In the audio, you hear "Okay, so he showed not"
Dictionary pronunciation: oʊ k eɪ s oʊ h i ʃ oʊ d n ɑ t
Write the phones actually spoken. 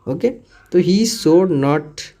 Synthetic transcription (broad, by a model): oʊ k eɪ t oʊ h i s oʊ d n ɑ t